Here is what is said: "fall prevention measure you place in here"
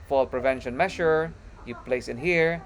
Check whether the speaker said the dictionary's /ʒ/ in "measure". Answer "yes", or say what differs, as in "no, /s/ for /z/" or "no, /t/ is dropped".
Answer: no, /ʃ/ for /ʒ/